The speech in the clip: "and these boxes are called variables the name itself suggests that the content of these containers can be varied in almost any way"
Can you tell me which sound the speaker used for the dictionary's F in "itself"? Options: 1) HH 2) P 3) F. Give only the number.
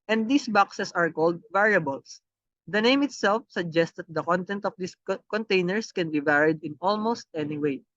3